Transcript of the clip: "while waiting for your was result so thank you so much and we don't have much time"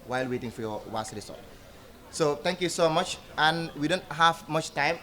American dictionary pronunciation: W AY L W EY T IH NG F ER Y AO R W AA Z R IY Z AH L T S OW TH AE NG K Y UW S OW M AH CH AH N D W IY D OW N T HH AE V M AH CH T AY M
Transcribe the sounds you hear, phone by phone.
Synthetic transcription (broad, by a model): W AY L W EY T IH NG F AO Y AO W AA S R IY S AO T S OW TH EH NG K Y UW S OW M AH CH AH N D W IY D OW N T HH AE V M AH CH T AY M